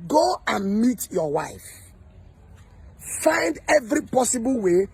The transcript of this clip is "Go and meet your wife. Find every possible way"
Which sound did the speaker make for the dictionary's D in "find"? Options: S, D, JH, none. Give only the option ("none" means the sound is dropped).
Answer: D